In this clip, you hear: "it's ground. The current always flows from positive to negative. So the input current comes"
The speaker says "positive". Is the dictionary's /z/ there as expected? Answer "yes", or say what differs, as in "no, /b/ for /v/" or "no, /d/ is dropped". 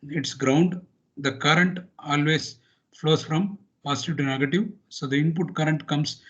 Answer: no, /s/ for /z/